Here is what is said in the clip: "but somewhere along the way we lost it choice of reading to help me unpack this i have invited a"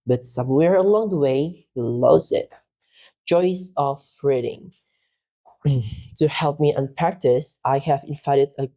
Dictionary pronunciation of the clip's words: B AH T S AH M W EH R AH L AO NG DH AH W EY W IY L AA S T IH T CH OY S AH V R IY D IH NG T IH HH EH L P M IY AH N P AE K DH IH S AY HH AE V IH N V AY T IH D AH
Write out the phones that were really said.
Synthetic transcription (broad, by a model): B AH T S AH M W EH R AH L AO NG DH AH W EY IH L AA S IH T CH OY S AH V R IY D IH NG T IH HH EH L P M IY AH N P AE K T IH S AY HH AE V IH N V AY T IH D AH